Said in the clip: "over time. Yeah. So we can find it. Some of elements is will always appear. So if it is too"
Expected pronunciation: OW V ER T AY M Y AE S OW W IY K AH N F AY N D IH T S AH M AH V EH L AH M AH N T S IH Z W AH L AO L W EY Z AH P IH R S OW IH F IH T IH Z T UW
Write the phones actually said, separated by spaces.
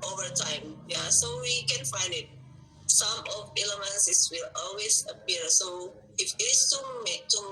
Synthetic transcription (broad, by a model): OW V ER T AY M Y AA S OW W IY K AH N F AY N D IH T S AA M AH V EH L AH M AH N S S W AH L AO L W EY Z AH P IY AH S OW IH F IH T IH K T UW